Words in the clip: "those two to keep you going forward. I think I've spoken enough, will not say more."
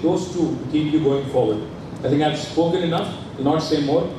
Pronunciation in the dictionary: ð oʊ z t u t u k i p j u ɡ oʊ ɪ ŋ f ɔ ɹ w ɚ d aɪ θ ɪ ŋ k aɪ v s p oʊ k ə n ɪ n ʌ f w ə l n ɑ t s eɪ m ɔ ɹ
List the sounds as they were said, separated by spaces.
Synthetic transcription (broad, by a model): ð oʊ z t u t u k i p j u ɡ oʊ ɪ ŋ f ɔ ɹ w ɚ d aɪ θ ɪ ŋ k aɪ v s p oʊ k ə n ɪ n ʌ f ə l n ɑ t s eɪ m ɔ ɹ